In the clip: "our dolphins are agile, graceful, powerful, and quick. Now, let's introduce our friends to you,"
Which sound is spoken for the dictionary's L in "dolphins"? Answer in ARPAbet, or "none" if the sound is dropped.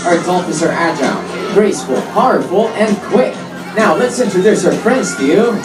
none